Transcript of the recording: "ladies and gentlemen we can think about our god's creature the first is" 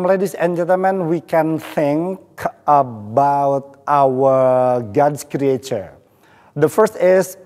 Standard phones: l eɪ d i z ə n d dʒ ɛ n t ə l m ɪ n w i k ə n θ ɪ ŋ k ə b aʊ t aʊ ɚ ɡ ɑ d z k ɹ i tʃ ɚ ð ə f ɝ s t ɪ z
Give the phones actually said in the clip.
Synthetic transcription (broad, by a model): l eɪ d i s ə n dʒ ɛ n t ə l m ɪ n w i k ə n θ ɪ ŋ k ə b aʊ t aʊ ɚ ɡ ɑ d s k ɹ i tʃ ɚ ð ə f ɝ s t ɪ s